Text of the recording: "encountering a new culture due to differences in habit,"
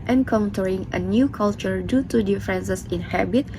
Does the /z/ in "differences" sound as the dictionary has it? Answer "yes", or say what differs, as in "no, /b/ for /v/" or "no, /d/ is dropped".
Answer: no, /s/ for /z/